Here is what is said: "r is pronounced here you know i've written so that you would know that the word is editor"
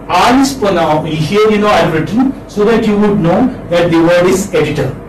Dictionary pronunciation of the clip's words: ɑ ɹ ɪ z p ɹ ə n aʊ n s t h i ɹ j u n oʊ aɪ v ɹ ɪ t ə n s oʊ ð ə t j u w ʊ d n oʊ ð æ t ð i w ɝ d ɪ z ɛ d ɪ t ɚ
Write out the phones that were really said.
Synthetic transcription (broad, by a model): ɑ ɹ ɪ s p ə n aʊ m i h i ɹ j u n oʊ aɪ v ɹ ɪ t ə n s oʊ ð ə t j u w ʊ d n oʊ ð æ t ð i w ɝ d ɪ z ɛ d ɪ t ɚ